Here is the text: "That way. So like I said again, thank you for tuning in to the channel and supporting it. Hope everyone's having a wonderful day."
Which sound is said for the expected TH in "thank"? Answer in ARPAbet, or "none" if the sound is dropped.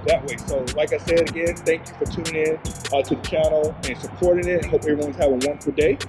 TH